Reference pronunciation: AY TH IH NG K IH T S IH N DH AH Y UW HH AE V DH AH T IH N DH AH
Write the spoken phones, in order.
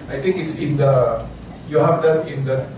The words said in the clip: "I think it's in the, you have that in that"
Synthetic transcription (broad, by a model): AY T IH NG K IH T S IH N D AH Y UW HH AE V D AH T IH N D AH